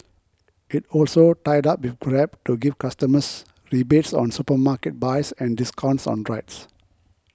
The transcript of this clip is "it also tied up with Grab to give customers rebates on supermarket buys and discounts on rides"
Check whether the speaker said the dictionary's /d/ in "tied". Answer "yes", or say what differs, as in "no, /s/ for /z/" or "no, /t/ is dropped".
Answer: yes